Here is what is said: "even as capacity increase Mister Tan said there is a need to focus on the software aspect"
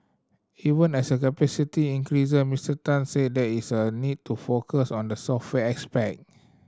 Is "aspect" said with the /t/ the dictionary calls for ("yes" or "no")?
no